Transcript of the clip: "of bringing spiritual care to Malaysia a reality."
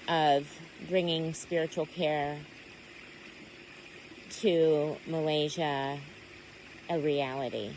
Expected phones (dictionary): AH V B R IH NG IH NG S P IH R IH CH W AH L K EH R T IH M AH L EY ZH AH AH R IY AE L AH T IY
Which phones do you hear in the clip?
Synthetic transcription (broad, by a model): AH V B R IH NG IH NG S P IH R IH CH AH L K EH R T IH M AH L EY ZH AH AH R IY AE L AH T IY